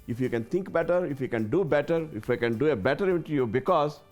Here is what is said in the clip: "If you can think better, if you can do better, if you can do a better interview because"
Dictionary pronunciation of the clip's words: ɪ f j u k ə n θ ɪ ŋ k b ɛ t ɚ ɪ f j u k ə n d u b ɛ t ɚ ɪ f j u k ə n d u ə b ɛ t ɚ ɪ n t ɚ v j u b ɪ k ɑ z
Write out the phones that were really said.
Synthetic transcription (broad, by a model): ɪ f j u k ə n t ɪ ŋ k b ɛ t ɚ ɪ f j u k ə n d u b ɛ t ɚ ɪ f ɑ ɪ k ə n d u ə b ɛ t ɚ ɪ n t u j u b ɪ k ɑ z